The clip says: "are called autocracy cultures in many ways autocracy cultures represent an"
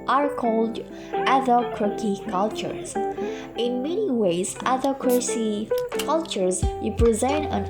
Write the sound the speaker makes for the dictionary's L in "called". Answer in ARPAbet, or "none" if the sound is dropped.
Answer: L